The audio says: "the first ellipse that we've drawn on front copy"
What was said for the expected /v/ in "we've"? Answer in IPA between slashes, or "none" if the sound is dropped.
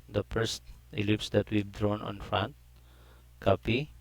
/b/